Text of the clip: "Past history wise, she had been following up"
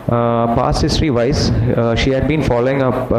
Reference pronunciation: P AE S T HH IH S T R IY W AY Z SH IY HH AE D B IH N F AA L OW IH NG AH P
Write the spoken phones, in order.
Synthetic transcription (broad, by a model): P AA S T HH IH S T R IY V AY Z SH IY HH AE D B IH N F AA L OW IH NG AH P